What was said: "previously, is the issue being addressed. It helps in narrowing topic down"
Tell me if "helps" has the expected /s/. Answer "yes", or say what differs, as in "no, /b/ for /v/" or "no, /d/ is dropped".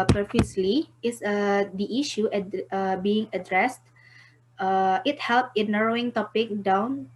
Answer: no, /s/ is dropped